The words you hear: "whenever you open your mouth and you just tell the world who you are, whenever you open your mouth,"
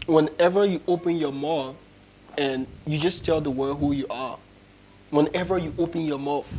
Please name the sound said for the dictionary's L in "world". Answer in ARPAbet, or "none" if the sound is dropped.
none